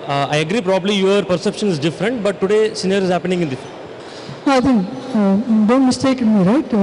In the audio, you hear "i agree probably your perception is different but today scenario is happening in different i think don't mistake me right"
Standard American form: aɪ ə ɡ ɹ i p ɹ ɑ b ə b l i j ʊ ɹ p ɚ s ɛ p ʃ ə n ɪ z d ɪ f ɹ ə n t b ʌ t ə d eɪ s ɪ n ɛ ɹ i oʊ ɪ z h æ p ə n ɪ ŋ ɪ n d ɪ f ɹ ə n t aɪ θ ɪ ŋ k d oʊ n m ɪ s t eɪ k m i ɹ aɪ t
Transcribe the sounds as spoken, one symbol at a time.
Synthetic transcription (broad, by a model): aɪ ə ɡ ɹ i p ɹ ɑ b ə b l i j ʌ ɹ p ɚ s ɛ p ʃ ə n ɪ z d ɪ f ɹ ə n t b ʌ t ə d eɪ s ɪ n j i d ɪ z h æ p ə n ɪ ŋ ɪ n d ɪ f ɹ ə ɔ aɪ t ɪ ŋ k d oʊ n m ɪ s t eɪ k m i ɹ aɪ t